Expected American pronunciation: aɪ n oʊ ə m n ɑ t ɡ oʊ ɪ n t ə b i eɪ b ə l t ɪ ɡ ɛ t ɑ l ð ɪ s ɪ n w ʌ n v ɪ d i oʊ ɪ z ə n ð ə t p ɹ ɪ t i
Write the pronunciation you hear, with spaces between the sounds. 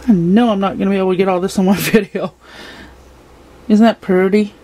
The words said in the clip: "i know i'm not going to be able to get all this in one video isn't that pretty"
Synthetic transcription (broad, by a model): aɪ n oʊ ə m n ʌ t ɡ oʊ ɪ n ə b i eɪ ə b t ɪ ɡ ɛ t ɑ l ð ɪ s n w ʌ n v ɪ d i oʊ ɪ z n ð ə t p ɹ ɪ t i